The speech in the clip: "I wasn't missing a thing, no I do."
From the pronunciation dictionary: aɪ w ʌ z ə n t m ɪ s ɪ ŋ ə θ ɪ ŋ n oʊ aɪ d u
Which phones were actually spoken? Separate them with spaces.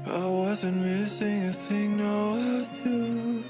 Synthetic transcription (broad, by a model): aɪ w ʌ z ə n t m ɪ s ɪ ŋ ə θ ɪ ŋ n oʊ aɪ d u